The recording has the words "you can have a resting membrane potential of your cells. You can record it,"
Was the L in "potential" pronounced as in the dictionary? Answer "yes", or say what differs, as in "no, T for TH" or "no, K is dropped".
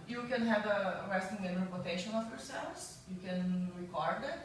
no, N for L